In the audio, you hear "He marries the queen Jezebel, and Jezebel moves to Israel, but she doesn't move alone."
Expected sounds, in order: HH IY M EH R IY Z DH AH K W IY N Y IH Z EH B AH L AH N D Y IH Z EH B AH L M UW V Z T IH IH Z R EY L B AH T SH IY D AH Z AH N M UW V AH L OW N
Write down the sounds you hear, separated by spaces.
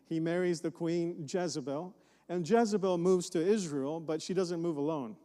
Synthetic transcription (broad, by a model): HH IY M EH R IY Z DH AH K W IY N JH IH Z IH B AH L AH N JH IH Z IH B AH L M UW V Z T IH IH Z R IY L B AH T SH IY D AH Z AH N M UW V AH L OW N